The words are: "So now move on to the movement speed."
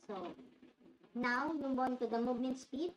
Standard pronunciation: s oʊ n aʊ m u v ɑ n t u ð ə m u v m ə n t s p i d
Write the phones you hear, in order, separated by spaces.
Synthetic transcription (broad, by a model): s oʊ n aʊ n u b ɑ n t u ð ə m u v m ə n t s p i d